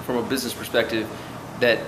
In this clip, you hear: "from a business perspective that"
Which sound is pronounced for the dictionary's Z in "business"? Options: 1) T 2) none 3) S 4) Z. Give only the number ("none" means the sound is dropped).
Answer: 4